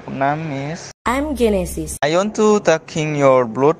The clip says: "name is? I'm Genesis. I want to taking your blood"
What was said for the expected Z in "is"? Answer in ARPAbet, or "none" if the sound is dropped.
S